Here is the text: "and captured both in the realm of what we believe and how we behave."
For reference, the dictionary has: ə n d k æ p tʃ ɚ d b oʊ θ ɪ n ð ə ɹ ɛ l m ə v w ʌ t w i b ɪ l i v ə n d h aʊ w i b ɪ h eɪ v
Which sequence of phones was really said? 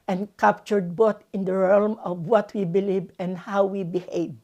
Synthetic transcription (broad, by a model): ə n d k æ p tʃ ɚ d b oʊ t ɪ n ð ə ɹ ɛ l m ə v w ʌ t w i b ɪ l i v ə n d h aʊ w i b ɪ h eɪ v